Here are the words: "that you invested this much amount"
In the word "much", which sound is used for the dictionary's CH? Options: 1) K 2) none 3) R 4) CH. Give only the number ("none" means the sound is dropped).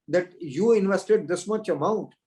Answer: 4